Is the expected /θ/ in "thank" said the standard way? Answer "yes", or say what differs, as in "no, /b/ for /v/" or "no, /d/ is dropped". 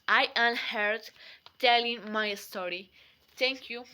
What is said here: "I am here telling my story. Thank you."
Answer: no, /t/ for /θ/